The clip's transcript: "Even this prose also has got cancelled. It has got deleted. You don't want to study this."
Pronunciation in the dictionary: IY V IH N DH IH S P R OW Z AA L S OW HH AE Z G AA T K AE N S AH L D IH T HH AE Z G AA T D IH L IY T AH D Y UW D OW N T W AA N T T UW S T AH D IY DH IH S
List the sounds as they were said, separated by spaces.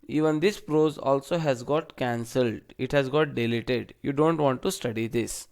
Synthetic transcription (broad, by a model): IY V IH N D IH S P R OW Z AA L S OW HH AE Z G AA T K AE N S AH L D IH T HH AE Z G AA T D IH L IY T AH D Y UW D OW N T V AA N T T UW S T AH D IY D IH S